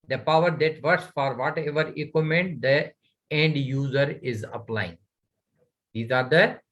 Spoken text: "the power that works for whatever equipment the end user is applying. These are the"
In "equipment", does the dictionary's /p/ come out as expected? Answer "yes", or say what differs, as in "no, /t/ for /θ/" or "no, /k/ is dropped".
no, /p/ is dropped